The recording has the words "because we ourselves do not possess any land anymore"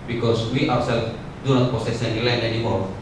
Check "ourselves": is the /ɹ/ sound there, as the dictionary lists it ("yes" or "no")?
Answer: no